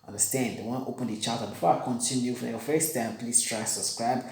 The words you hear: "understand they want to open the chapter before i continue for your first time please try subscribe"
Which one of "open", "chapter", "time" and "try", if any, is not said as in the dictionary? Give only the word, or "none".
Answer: chapter